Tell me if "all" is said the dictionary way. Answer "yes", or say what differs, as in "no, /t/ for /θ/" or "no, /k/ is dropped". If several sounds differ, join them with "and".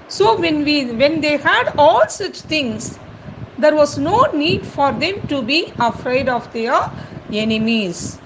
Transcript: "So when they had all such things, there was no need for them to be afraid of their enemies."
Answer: yes